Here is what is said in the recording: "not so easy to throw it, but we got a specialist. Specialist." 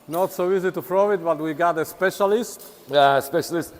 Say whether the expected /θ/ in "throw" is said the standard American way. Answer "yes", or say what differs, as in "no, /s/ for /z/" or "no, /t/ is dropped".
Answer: no, /f/ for /θ/